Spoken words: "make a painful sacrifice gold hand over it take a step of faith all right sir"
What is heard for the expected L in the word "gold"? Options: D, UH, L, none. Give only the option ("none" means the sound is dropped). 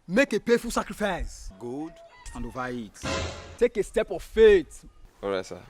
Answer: none